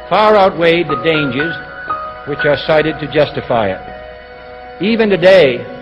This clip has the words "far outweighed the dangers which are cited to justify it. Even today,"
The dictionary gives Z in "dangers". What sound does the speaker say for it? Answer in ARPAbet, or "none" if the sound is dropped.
Z